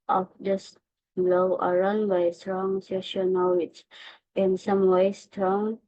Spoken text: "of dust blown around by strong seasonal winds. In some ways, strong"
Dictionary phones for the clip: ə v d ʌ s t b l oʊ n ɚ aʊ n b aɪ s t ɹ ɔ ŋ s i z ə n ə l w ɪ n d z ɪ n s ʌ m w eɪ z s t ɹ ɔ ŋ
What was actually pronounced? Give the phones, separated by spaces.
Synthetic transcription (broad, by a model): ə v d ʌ s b l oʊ ɚ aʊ n b aɪ s t ɹ ɔ ŋ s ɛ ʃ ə n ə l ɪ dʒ ɪ n s ʌ m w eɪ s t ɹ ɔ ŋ